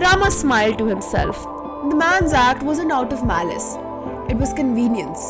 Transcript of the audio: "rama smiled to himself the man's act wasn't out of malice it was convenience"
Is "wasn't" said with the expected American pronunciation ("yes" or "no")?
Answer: no